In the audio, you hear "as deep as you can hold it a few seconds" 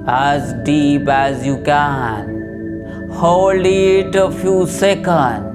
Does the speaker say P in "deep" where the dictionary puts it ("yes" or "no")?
no